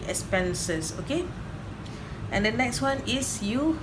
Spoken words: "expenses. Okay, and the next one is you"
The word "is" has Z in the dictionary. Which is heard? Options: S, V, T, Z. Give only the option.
S